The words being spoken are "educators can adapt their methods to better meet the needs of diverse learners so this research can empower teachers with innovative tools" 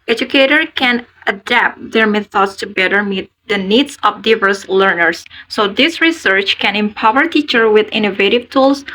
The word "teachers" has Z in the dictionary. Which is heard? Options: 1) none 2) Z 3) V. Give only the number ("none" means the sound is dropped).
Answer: 1